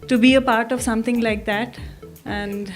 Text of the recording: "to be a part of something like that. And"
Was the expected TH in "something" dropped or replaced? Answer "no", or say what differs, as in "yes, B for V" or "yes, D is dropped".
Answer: yes, T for TH